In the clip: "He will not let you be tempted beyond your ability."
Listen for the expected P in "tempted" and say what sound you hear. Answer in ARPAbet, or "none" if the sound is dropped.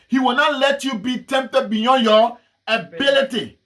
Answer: P